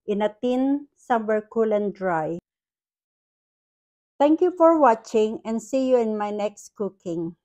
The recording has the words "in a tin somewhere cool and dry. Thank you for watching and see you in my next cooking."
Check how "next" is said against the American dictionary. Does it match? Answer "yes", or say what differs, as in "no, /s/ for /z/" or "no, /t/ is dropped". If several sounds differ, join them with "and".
yes